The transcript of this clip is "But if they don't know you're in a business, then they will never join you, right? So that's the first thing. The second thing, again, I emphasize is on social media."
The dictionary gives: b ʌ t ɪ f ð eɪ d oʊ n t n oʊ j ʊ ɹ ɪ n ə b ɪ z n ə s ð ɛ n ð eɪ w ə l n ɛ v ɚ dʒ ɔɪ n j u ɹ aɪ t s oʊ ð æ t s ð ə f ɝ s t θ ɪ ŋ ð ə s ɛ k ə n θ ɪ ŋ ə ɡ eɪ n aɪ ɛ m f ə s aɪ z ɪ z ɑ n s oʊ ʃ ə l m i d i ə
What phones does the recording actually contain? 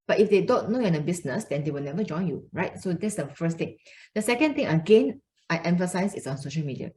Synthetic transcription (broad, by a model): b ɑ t ɪ f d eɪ d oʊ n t n oʊ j ɪ n ə b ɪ s n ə s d ɛ n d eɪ w ə l n ɛ v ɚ dʒ ɔɪ n j u ɹ aɪ t s oʊ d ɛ t s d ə f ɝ s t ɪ ŋ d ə s ɛ k ə n t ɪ ŋ ə ɡ eɪ n aɪ ɛ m f ə s aɪ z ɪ s ɑ n s oʊ ʃ ə l m i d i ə